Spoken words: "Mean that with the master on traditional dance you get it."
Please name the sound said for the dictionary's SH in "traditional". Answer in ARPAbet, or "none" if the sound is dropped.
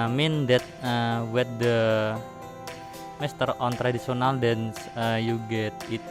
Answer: S